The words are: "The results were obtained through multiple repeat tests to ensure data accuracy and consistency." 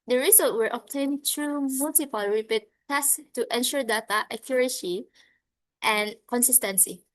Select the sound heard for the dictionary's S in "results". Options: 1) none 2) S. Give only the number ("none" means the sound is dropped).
1